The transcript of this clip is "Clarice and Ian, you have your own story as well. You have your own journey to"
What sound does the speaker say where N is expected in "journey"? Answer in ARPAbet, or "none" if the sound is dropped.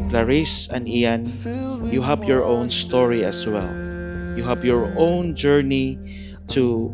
N